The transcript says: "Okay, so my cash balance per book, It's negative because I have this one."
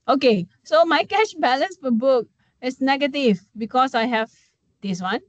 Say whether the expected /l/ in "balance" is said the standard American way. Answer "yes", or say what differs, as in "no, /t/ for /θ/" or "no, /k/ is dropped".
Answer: yes